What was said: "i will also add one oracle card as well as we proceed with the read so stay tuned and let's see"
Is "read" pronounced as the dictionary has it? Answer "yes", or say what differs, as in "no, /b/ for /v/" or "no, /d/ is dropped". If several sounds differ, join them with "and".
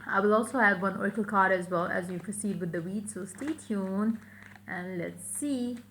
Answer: no, /w/ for /ɹ/